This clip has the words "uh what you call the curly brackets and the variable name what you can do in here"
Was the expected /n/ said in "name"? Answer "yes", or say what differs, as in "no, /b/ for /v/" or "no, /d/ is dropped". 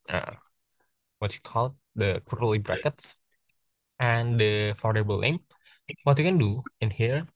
no, /l/ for /n/